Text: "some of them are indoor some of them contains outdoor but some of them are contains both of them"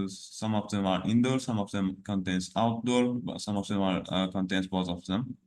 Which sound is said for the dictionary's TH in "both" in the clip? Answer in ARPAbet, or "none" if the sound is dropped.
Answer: T